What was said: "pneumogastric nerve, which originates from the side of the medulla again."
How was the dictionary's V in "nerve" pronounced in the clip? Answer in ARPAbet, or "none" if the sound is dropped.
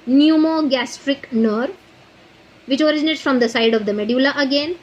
V